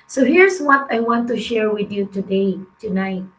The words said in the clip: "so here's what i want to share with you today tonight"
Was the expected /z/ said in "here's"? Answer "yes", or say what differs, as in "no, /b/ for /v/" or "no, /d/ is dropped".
no, /s/ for /z/